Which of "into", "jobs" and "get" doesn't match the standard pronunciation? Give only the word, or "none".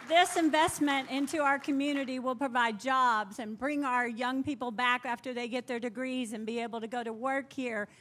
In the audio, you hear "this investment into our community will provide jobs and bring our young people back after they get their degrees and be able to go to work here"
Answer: none